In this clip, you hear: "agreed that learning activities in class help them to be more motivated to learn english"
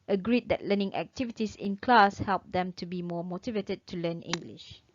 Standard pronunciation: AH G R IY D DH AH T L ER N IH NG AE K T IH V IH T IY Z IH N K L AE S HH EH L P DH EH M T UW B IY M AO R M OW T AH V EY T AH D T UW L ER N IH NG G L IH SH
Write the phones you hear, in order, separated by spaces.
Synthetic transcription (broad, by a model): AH G R IY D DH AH T L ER N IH NG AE K T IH V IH T IY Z IH N K L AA S HH EH L P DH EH M T UW B IY M AO M OW T AH V EY T AH D T UW L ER N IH NG G L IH SH